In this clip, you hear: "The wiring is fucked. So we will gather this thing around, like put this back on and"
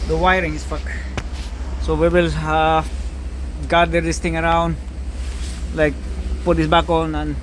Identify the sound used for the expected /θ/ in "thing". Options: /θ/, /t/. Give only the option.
/t/